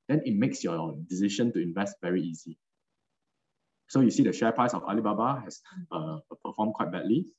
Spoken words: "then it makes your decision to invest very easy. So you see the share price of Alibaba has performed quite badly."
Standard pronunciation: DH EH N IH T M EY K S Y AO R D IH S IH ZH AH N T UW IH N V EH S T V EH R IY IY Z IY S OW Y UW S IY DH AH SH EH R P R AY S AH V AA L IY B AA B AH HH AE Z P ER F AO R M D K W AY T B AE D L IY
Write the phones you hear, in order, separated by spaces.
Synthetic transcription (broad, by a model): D EH N IH T M EY K S Y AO D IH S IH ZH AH N T UW IH N V EH S T V EH R IY IY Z IY S OW Y UW S IY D AH SH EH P AY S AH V AA L IY B AA B AH HH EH S P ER F AO M K W AY T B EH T L IY